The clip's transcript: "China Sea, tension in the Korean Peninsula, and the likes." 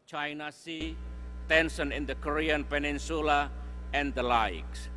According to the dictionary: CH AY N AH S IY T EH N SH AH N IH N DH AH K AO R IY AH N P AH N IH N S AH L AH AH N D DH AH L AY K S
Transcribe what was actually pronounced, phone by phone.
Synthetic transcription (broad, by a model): CH AY N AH S IY T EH N S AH N IH N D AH K AO R IY AH N P AH N IH N S AH L AH AH N D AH L AY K S